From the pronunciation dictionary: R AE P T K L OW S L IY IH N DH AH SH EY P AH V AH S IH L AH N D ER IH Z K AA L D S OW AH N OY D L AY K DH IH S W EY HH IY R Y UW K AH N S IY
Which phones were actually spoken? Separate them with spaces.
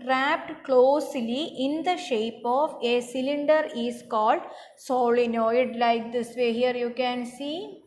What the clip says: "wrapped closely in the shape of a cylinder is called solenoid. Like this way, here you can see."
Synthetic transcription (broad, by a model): R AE P T K L OW S L IY IH N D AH SH EY P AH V AH S IH L AH N D ER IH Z K AA L D S OW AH N OY D L AY K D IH S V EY HH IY R Y UW K AH N S IY